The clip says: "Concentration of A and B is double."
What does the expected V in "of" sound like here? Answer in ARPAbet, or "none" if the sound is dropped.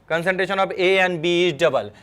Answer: B